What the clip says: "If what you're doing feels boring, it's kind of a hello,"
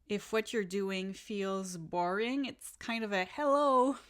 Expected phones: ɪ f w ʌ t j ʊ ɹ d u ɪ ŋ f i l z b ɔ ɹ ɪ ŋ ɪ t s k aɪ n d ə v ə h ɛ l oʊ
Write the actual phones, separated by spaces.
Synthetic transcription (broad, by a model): ɪ f w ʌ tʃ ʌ ɹ d u ɪ ŋ f i l z b ɔ ɹ ɪ ŋ ɪ t s k aɪ n d ə v ə h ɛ l oʊ